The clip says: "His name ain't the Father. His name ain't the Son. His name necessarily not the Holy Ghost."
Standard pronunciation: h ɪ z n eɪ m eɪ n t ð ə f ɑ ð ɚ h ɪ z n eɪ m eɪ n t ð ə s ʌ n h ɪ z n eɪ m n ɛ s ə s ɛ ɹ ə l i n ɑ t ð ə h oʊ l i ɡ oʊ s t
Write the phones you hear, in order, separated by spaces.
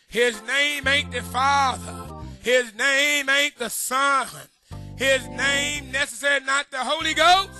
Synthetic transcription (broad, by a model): h ɪ z n eɪ m eɪ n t ð ə f ɑ ð ɚ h ɪ z n eɪ m eɪ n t ð ə s ʌ n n ɪ z n eɪ m n ɛ s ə s ɛ ɹ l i n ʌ t ð ə h oʊ l i ɡ oʊ s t